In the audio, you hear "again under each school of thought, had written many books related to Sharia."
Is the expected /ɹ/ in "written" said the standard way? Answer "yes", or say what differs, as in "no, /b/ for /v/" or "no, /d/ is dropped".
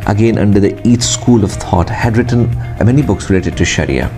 yes